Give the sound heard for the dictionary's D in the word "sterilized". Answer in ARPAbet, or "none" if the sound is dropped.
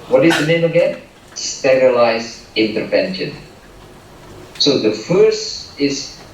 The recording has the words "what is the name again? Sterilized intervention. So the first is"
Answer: none